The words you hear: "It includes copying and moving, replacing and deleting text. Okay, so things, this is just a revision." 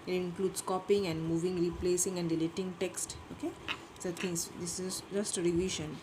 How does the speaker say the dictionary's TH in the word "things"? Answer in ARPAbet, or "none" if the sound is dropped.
T